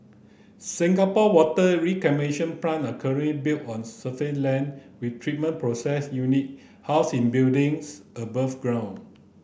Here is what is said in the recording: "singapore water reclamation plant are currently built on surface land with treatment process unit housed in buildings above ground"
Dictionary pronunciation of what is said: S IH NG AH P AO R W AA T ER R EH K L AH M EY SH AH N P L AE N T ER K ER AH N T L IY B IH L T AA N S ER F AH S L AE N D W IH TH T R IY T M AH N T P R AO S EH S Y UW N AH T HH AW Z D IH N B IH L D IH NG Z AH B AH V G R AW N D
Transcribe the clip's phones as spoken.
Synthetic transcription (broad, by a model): S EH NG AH P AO W AA T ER R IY K AH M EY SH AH N P L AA N ER K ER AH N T L IY B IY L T AA N S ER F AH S L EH N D W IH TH T R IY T M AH N P R AO S EH S Y UW N AH T HH AW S IH N B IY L D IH NG S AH B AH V G R AW N